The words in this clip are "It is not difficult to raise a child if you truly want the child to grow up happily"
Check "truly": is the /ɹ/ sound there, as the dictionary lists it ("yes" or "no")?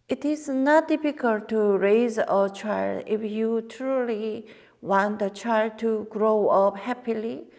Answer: yes